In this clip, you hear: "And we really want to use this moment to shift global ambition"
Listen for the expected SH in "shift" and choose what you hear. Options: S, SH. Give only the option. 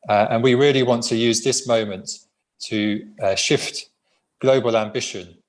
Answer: SH